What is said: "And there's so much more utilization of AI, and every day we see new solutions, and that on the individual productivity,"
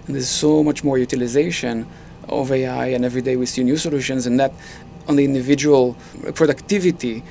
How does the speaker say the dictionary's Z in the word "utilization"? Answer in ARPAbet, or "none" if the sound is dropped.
Z